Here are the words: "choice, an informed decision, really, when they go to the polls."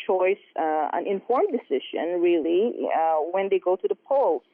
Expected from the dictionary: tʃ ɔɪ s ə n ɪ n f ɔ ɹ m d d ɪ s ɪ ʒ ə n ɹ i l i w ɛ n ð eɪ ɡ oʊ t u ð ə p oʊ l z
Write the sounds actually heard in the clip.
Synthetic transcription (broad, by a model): tʃ ɔɪ s ə n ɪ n f ɔ ɹ m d d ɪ s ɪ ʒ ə n ɹ i l i w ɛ n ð eɪ ɡ oʊ t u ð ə p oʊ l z